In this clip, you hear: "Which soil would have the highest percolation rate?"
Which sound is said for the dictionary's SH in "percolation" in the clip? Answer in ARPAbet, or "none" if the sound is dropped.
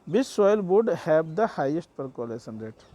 S